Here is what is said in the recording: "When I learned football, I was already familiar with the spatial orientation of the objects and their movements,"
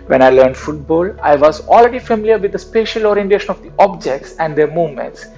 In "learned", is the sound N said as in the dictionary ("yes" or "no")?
yes